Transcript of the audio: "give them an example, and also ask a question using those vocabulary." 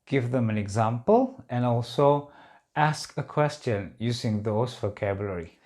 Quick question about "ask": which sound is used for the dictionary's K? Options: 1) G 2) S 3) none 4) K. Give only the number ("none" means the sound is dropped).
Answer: 4